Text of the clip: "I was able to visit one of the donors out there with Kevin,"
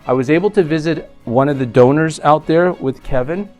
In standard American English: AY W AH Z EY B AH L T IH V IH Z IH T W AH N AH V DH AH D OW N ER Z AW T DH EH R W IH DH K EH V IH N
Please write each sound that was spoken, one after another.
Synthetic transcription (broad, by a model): AY W AH Z EY B L T IH V IH Z IH T W AH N AH V DH AH D OW N ER Z AW T DH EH R W IH DH K EH V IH N